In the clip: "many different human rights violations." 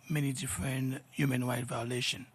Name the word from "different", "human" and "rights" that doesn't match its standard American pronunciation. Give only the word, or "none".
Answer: rights